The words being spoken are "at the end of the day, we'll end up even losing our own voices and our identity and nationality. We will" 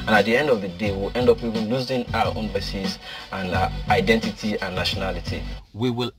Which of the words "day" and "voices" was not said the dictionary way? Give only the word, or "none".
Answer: voices